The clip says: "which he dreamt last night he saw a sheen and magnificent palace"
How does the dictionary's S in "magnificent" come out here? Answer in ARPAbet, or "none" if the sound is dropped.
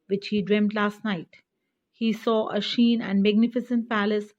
S